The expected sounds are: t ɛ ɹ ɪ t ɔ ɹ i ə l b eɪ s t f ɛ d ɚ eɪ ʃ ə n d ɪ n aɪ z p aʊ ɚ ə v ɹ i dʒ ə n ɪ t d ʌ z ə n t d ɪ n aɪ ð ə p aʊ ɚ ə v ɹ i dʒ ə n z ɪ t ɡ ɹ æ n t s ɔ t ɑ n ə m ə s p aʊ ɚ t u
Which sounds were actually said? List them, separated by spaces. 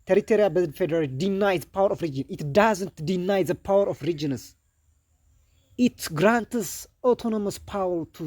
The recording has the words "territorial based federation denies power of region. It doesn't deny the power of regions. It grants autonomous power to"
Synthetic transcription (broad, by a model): t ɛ ɹ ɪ t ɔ ɹ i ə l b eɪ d f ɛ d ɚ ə l d ɪ n aɪ z p aʊ ɚ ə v ɹ i dʒ ə n ɪ t d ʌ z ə n t d ɪ n aɪ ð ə p aʊ ɚ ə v ɹ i dʒ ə n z ɪ t ɡ ɹ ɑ n t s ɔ t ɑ n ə m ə s p aʊ ɚ t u